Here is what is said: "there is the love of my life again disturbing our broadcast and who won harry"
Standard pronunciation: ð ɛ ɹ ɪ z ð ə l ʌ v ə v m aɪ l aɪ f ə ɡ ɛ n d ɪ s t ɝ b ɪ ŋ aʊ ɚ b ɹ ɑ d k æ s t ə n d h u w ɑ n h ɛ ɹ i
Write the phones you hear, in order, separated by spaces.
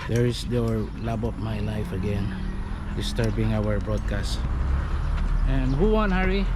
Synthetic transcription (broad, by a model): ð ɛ ɹ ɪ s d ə l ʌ b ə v m aɪ l aɪ f ə ɡ ɛ n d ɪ s t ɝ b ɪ ŋ aʊ ɚ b ɹ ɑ d k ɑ s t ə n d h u w ɑ n h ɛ ɹ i